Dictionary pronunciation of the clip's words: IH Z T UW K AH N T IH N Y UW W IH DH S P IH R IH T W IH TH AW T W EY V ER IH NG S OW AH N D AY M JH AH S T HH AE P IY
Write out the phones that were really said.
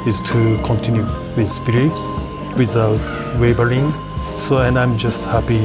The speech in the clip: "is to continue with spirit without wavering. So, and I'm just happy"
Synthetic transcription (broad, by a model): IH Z T UW K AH N T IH N Y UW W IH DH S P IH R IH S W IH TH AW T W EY B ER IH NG S OW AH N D AY M JH AH S T HH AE P IY